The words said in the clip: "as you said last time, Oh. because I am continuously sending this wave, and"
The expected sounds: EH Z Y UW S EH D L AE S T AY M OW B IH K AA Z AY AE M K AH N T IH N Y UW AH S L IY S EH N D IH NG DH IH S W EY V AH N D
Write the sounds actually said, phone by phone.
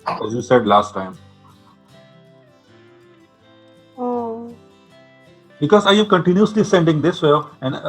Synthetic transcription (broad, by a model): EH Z Y UW S EH D L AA S T AY M OW B IH K AA Z AY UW K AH N T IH N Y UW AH S L IY S EH N D IH NG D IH S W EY AH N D